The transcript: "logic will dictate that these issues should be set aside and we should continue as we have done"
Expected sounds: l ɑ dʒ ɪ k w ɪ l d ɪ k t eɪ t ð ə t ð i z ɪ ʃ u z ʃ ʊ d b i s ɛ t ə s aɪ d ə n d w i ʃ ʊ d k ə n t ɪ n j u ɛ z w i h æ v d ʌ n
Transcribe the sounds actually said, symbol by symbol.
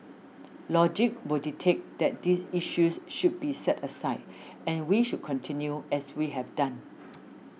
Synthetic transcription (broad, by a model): l ɑ dʒ ɪ k w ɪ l d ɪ t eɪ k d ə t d i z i ʃ u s ʃ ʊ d b i s ɛ t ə s aɪ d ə n w i ʃ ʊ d k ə n t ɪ n j u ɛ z w i h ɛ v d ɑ n